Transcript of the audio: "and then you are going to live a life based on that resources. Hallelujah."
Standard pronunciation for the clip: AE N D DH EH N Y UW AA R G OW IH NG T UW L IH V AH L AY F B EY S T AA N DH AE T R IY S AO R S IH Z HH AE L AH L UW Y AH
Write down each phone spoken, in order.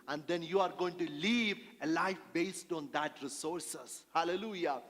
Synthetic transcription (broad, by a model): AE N D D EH N Y UW AA R G OW IH NG T UW L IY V AH L AY F B EY S T AA N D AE T R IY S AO R S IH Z HH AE L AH L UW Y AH